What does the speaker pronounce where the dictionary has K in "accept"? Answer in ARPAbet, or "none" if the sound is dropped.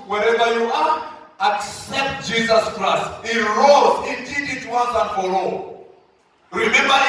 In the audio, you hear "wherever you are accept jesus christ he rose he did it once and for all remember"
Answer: K